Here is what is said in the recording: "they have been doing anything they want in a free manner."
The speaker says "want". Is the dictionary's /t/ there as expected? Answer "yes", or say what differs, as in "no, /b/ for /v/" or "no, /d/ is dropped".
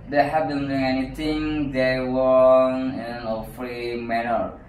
no, /t/ is dropped